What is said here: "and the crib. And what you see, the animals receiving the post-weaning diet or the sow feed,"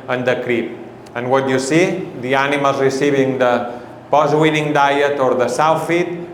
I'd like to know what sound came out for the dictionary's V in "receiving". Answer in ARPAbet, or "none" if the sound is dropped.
B